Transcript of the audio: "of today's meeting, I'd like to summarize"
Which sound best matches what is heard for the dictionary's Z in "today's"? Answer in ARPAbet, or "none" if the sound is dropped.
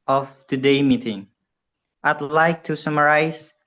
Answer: none